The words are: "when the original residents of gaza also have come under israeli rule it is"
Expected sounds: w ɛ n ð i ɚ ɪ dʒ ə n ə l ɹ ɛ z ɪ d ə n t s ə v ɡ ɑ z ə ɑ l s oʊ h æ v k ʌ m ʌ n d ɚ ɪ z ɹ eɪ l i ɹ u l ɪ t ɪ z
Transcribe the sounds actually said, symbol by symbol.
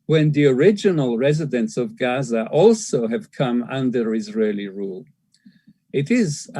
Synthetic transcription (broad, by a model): w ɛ n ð i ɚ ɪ dʒ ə n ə l ɹ ɛ z ɪ d ə n t s ə v ɡ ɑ z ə ɑ l s oʊ h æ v k ʌ m ʌ n d ɚ ɪ z ɹ eɪ l i ɹ u l ɪ t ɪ z